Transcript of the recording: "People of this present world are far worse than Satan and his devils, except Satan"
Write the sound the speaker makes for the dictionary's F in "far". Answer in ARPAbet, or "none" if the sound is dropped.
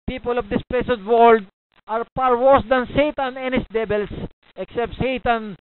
P